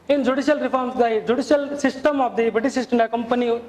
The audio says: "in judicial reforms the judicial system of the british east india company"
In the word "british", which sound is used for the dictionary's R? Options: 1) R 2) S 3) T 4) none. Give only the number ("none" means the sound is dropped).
4